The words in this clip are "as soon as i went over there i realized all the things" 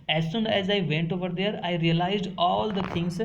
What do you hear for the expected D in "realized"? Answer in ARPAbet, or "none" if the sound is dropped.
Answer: D